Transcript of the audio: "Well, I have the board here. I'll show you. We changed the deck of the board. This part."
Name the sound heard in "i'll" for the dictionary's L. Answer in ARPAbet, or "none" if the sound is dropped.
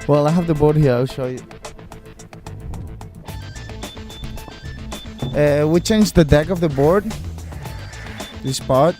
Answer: L